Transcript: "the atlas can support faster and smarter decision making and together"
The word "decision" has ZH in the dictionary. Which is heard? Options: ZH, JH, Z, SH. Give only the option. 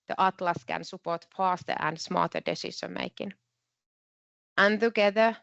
SH